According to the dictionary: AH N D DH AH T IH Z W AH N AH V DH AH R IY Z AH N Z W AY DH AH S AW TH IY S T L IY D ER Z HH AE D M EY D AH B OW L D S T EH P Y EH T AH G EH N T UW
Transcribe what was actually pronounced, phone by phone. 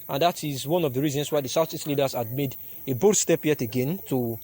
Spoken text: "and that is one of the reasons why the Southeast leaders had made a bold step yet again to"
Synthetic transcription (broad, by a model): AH N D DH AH T IH Z W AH N AH V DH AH R IY Z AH N S W AY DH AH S AW S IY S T L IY D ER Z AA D M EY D AH B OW D S T EH P Y EH T AH G EH N T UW